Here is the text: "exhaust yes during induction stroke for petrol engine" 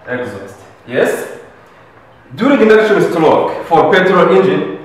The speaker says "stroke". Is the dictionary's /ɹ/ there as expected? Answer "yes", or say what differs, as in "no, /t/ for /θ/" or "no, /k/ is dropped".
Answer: no, /l/ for /ɹ/